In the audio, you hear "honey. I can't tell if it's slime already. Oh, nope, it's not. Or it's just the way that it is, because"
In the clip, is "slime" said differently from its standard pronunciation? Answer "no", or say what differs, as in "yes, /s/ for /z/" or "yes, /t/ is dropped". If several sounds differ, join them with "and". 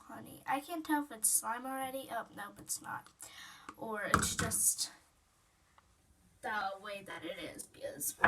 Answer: no